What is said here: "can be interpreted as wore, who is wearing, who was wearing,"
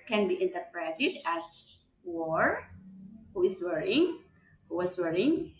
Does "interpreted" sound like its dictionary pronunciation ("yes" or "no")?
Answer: yes